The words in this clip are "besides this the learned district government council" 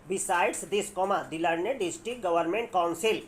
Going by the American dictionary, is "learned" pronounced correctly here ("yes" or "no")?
no